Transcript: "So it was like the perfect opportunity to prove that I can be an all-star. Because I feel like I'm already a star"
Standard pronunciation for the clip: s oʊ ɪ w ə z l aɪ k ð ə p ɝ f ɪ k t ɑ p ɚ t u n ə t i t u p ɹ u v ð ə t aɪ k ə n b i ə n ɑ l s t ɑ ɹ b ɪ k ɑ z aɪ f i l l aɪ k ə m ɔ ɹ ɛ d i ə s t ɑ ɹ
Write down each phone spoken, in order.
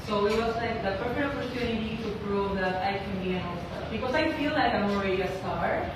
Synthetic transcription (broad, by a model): s oʊ ɪ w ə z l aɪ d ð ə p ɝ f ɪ t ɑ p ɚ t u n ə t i t u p ɹ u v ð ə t aɪ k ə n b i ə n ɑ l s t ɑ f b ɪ k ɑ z aɪ f i l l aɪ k ə m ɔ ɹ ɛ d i ə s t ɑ ɹ